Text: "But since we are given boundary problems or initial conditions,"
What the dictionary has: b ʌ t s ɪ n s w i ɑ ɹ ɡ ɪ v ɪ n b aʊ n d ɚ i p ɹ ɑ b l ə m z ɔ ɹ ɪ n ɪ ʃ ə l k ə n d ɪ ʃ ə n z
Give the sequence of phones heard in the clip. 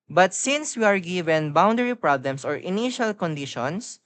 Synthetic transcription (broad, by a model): b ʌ t s ɪ n s w i ɑ ɹ ɡ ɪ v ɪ n b aʊ n d ɚ i p ɹ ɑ b l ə m s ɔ ɹ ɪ n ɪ ʃ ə l k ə n d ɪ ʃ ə n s